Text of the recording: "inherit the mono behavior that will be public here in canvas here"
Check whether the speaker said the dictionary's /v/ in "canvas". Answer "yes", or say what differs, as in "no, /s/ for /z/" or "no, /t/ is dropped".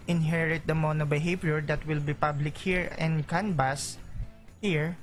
no, /b/ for /v/